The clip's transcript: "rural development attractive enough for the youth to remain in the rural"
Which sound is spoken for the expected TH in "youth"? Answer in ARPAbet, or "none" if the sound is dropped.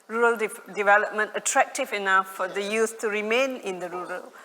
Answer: S